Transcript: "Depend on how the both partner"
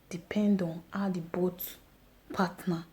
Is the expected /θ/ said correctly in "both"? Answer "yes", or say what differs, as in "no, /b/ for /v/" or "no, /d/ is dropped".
no, /t/ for /θ/